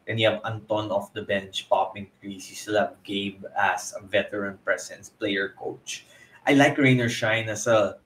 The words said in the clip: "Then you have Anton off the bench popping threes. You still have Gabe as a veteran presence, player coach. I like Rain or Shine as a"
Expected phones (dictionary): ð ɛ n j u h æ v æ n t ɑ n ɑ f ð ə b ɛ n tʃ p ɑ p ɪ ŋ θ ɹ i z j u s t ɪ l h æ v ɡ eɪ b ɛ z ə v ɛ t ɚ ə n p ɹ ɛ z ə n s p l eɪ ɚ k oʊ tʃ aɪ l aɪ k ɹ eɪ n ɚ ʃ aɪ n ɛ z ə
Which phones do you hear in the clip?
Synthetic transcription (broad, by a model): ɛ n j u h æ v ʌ n t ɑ n ɑ f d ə b ɛ n tʃ p ɑ p ɪ ŋ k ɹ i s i s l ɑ b ɡ eɪ b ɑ s ə v ɛ t ɚ ə n p ɹ ɛ s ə n s p l eɪ ɚ k oʊ tʃ aɪ l aɪ k ɹ eɪ n ɚ ʃ aɪ n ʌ s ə